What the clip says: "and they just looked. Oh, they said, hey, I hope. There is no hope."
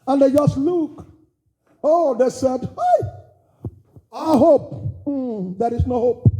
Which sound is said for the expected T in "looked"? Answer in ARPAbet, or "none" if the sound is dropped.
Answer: none